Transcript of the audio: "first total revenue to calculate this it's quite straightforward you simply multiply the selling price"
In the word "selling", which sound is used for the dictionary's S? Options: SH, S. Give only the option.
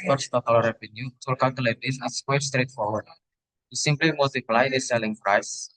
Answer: S